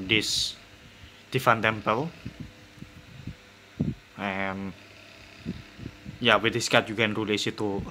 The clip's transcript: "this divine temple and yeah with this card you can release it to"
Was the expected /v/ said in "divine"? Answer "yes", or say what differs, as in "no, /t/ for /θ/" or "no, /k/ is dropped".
no, /f/ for /v/